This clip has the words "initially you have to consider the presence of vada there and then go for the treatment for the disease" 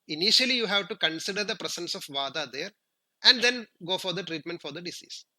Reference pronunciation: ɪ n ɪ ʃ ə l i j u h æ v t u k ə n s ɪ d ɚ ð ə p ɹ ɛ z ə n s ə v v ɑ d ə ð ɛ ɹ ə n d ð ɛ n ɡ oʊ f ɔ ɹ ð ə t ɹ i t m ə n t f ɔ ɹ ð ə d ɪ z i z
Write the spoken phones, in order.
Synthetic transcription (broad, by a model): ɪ n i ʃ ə l i j u h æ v t u k ə n s ɪ d ɚ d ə p ɹ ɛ s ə n s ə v v ɑ d ə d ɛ ɹ ə n d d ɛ n ɡ oʊ f ɔ ɹ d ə t ɹ i t m ə n t f ɔ ɹ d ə d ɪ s i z